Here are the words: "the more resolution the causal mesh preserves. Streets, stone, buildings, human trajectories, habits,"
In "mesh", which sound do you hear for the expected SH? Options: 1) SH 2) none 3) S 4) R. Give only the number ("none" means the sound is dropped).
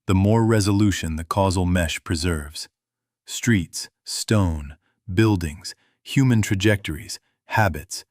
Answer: 1